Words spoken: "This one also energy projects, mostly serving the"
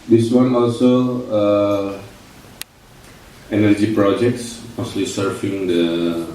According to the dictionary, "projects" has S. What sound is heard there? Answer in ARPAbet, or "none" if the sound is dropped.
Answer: S